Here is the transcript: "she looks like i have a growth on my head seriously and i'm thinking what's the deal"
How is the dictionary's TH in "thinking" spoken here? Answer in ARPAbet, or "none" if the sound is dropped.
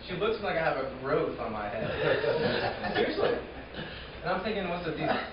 TH